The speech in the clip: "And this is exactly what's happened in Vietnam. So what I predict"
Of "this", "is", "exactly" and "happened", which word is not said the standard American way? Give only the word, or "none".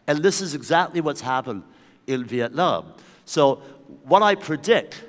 none